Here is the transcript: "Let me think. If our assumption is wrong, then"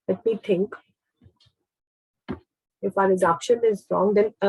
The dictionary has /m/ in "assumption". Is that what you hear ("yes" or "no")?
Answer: no